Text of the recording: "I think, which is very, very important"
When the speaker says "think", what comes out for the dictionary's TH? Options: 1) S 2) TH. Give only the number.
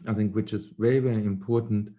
2